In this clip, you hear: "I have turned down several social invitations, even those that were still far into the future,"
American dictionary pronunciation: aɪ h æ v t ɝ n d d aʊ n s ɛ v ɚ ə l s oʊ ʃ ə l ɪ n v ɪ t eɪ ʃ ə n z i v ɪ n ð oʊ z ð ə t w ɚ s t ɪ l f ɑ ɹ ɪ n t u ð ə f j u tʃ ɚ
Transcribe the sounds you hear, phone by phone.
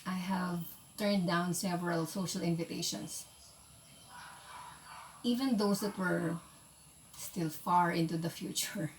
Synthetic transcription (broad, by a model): aɪ h æ v t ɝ n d d aʊ n s ɛ v ɚ ə l s oʊ ʃ ə l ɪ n v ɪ t eɪ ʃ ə n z i v ɪ n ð oʊ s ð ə t w ɚ s t ɪ l f ɑ ɹ ɪ n t u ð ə f j u tʃ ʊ